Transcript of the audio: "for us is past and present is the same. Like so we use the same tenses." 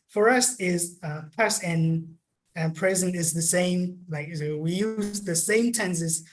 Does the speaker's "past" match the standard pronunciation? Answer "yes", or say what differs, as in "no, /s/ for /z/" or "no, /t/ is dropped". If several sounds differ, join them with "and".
no, /t/ is dropped